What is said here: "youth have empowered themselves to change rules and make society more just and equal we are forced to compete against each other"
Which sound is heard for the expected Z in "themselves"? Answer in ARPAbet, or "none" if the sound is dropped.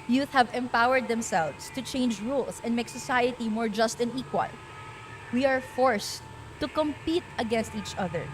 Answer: S